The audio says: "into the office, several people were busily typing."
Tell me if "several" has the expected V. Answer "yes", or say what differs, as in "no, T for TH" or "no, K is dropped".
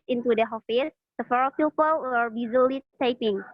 no, F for V